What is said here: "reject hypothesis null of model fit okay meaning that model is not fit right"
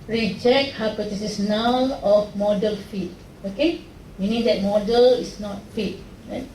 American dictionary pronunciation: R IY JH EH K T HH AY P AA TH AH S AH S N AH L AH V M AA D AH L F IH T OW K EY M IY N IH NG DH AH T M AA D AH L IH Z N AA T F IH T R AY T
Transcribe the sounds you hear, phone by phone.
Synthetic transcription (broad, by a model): R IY JH EH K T HH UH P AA T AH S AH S N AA N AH F M AA D AH L F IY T OW K EY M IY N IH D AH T M AA D AH L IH S N AA T F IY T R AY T